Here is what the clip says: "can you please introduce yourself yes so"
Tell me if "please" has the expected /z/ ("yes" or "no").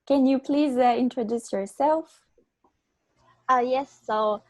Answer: yes